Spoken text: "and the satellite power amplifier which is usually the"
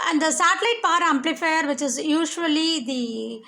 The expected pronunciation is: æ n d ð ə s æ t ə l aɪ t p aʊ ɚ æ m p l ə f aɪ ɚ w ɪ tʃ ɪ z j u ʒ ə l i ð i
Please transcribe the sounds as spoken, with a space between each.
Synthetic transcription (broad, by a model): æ n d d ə s æ t ə l aɪ t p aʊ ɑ æ m p l ə f aɪ ɚ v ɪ tʃ ɪ z j u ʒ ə l i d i